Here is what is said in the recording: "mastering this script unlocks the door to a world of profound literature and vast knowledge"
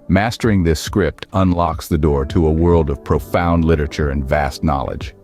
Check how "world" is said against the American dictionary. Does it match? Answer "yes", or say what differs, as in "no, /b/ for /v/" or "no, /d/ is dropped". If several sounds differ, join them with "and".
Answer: yes